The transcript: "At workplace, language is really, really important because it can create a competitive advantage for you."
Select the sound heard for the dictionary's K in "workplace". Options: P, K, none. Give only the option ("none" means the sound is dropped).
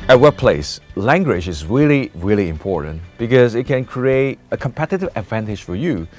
none